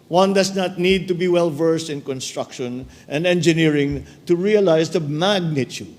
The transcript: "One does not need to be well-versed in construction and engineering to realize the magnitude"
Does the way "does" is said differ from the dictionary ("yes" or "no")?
yes